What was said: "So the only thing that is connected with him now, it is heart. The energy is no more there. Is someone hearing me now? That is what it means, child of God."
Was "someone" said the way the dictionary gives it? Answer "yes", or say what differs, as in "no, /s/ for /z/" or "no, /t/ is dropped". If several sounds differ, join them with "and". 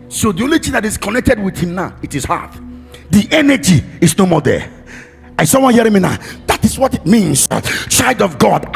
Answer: no, /m/ is dropped